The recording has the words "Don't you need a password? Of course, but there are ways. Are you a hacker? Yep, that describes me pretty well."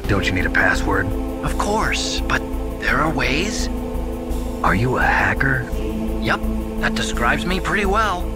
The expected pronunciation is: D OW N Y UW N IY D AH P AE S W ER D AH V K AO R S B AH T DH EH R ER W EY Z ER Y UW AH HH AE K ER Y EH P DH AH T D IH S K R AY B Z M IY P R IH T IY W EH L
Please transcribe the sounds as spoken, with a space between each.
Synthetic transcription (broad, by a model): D OW N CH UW N IY D AH P AE S W ER D AH V K AO R S B AH T DH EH R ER W EY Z ER Y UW AH HH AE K ER Y EH P DH AH T D IH S K R AY B Z M IY P R IH T IY W EH L